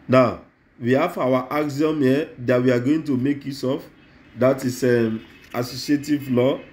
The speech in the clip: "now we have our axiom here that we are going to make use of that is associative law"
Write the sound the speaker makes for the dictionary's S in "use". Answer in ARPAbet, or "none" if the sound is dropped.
S